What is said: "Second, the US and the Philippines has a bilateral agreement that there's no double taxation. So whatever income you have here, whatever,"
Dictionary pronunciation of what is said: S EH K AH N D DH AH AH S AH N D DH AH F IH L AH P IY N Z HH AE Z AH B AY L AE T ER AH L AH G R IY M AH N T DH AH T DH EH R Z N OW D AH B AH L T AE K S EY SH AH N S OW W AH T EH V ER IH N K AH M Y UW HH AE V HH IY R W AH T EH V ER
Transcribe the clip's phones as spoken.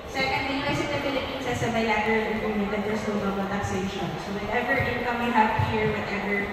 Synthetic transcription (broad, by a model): S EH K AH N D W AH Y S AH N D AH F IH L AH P IY N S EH S AH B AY L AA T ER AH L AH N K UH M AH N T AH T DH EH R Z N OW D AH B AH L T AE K S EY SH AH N S OW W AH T EH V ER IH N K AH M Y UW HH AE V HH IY R W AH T EH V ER